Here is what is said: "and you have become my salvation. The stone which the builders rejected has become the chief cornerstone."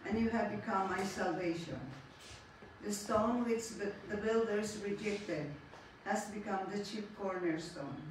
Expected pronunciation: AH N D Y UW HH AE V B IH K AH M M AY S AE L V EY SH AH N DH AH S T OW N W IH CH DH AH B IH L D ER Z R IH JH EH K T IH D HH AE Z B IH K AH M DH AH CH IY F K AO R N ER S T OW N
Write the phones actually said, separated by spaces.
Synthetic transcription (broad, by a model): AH N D Y UW HH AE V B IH K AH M M AY S AE L V EY SH AH N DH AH S T OW N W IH CH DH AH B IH L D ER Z R IH JH EH K T IH D HH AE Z B IH K AH M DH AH CH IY P K AO R N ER S T OW N